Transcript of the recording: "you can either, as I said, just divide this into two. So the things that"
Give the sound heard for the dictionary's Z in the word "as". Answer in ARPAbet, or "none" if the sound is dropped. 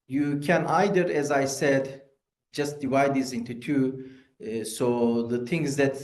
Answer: Z